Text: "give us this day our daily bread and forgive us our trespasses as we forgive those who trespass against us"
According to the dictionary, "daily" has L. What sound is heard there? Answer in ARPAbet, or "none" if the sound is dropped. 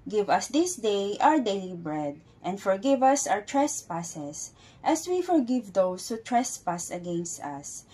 L